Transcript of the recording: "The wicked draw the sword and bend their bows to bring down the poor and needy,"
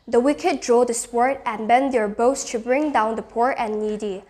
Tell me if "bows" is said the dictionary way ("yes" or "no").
no